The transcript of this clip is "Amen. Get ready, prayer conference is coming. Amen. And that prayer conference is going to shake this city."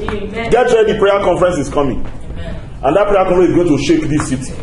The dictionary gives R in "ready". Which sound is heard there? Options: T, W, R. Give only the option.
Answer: W